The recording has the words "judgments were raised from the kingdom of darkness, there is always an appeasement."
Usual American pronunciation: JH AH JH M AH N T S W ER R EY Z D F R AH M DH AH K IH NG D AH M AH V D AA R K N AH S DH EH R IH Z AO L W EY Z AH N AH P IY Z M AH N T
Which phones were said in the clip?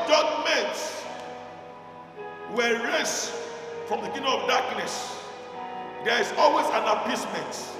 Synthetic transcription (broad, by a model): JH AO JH M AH N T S W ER R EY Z F R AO M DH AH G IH D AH AH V D AA K N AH S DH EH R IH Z AO L W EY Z AH N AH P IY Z M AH N T